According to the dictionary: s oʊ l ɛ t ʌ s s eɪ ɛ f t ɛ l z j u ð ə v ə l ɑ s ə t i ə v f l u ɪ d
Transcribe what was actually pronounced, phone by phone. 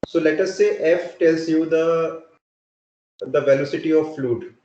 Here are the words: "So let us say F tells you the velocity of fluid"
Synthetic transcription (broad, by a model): s oʊ l ɛ t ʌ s s eɪ ɛ f t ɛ l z j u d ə v ə l ɑ s ə t i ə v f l u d